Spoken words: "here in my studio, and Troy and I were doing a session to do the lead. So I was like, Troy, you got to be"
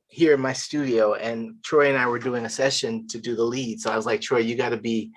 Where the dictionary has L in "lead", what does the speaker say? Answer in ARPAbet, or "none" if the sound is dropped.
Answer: L